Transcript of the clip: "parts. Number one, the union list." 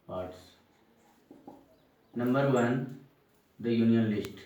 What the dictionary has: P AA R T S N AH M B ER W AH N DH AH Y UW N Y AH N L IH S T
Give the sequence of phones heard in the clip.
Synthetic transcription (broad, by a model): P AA R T S N AH M B ER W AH N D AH Y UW N Y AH N L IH S T